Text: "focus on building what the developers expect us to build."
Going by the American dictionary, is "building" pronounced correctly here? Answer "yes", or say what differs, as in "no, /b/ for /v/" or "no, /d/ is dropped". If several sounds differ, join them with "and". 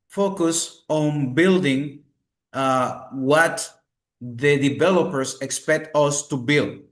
yes